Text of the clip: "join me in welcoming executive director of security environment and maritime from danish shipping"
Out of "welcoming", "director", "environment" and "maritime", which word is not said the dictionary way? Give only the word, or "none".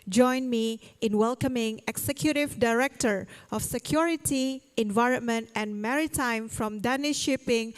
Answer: none